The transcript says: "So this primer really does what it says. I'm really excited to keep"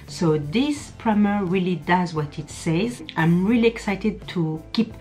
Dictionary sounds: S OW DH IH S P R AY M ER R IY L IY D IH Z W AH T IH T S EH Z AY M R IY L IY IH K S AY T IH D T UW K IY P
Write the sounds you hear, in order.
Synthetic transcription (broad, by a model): S OW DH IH S P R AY M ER R IY L IY D IH Z W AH T IH T S EH Z AY M R IY L IY IH K S AY T IH D T UW K IY P